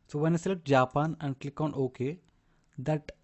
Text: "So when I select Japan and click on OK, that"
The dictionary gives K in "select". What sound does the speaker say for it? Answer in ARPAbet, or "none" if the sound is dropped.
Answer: none